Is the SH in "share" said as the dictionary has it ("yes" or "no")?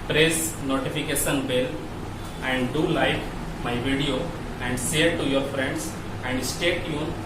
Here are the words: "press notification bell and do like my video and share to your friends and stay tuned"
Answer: no